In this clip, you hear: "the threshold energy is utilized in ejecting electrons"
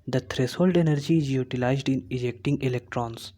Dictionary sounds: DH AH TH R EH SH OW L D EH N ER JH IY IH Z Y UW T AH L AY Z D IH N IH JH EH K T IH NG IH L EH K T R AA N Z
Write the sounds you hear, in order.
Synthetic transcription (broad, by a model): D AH T R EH S OW L D EH N ER JH IY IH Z Y UW T AH L AY Z D IH N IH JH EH K T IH NG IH L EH K T R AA N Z